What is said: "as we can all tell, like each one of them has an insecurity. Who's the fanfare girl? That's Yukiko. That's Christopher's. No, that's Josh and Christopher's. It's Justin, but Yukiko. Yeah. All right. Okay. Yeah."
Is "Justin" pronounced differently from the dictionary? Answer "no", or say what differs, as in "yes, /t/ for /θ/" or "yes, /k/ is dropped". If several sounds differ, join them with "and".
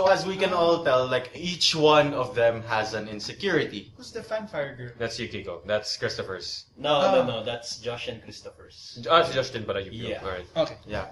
yes, /ʃ/ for /s/